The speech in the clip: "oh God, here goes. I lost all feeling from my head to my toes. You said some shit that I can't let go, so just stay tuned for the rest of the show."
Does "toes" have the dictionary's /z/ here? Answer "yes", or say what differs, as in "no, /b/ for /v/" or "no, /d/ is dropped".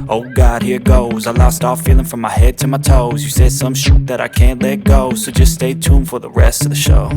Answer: yes